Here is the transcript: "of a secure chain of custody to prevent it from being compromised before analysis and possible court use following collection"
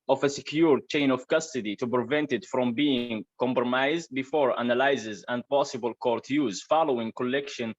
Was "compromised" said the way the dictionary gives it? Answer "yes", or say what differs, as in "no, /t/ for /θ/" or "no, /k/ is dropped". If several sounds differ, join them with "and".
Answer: yes